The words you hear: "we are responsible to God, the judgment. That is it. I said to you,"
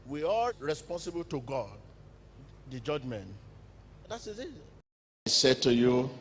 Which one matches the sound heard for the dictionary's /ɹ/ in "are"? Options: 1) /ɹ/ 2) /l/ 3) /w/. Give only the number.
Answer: 2